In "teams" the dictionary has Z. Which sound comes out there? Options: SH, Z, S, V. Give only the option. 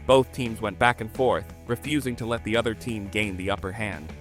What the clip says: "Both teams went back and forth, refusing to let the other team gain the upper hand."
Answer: Z